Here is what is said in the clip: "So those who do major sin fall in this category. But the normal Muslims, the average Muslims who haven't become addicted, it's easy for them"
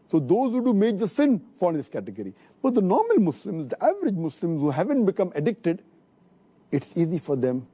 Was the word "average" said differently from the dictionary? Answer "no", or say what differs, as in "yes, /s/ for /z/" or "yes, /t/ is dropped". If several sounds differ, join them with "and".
no